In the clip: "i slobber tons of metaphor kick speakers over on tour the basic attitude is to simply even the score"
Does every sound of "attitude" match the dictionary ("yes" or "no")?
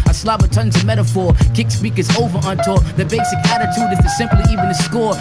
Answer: yes